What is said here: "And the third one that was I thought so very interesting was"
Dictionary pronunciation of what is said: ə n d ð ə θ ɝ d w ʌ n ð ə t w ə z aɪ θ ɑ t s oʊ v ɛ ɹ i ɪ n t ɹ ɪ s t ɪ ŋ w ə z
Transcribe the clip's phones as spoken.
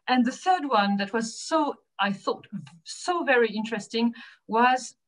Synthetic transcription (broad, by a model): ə n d ð ə θ ɝ d w ʌ n ð ə t w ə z aɪ θ ɑ t s oʊ v ɛ ɹ i ɪ n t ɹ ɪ s t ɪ ŋ w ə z